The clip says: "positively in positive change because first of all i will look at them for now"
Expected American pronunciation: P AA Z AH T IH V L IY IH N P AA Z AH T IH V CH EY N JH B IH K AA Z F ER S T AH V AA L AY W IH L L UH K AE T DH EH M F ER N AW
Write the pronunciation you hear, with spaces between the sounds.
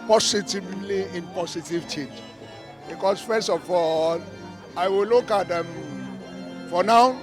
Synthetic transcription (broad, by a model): P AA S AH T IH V L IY IH N P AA S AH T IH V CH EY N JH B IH K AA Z F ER S T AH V AA L AY W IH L L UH K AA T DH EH M F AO N AW